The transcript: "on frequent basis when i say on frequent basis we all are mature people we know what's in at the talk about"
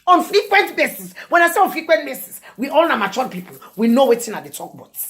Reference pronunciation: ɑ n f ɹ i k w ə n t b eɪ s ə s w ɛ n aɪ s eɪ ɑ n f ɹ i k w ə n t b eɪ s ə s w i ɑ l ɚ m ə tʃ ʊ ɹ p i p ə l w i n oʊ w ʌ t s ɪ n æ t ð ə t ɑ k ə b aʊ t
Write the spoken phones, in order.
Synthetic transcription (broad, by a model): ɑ n f ɹ i k w ə n t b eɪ s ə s w ɛ n aɪ s eɪ ɑ n f ɹ i k w ə n t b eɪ s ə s w i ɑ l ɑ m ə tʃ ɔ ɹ p i p ə l w i n oʊ w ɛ t ɪ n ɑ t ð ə t ɑ k b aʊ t